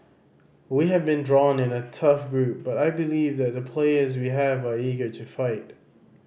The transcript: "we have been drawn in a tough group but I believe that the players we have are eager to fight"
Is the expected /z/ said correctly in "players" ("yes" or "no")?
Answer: yes